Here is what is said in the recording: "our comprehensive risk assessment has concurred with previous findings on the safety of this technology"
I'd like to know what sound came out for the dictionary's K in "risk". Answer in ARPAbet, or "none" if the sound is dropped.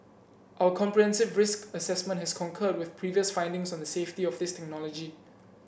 K